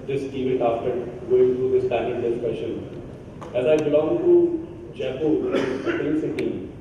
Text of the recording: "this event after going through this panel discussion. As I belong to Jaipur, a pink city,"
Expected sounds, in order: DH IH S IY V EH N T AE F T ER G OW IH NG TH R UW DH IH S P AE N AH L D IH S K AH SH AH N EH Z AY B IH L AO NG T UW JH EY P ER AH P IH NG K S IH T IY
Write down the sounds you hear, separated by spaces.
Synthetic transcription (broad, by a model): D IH S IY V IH T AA F T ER G OW IH NG T R UW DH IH S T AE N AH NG D IH S K AH SH AH N EH Z AY B IH L AO NG T UW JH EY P AH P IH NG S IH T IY